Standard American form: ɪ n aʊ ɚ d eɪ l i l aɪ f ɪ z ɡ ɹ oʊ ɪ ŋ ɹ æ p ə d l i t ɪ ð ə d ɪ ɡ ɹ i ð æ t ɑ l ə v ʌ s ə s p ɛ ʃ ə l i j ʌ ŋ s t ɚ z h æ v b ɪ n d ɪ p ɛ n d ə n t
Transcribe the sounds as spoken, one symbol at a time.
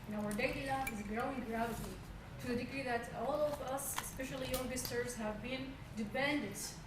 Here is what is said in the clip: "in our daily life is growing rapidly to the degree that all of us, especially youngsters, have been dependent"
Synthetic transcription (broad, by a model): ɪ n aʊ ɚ d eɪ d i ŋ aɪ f ɪ z ɡ ɹ oʊ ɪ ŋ ɹ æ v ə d i t ɪ ð ə d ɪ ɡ ɹ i ð æ t ɑ l ə v ʌ s ə s p ɛ ʃ ə l i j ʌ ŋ s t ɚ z h æ v b ɪ n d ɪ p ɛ n d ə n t